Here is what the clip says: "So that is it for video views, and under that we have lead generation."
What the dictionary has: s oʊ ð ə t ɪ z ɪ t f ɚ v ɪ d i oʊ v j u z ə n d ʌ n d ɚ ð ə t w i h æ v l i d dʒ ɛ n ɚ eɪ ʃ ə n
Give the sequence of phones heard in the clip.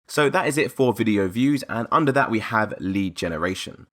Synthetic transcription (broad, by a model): s oʊ ð ə t ɪ z ɪ t f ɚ v ɪ d i oʊ v j u z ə n ʌ n d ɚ ð ə t w i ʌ v l i d dʒ ɛ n ɚ eɪ ʃ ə n